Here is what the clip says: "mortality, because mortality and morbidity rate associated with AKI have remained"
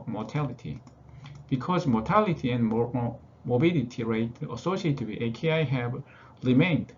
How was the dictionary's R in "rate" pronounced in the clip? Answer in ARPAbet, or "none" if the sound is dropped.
R